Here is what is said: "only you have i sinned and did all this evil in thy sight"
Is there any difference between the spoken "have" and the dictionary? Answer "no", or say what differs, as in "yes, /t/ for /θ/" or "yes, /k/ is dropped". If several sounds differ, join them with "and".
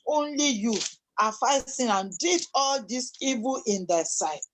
yes, /f/ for /v/